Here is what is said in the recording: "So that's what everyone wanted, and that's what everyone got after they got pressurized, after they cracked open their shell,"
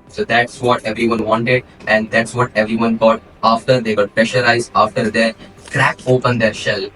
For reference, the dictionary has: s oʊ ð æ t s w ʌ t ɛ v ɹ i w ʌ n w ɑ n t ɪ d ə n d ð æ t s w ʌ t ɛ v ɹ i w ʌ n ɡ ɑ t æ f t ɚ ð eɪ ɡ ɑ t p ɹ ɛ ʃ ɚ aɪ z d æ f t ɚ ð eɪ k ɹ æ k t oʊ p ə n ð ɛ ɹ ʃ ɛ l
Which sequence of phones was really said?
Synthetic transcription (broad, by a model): s oʊ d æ t s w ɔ t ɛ v ɹ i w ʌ n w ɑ n t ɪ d ə n d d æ t s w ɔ t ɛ v ɹ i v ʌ n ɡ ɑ t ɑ f t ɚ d eɪ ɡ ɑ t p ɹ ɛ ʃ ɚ aɪ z ɑ f t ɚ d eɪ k ɹ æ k oʊ p ə n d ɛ ɹ ʃ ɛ l